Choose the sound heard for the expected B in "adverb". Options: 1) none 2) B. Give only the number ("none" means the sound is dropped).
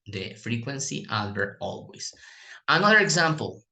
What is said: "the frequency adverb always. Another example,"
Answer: 1